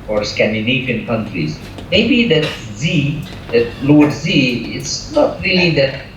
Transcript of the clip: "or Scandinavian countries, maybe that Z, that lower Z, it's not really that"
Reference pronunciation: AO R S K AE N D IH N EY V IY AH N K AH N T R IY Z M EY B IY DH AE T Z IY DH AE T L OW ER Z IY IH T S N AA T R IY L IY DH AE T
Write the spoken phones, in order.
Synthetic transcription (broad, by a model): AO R S K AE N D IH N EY F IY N K AH N T R IY Z M EY B IY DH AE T Z IY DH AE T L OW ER Z IY IH T S N AA T R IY L IY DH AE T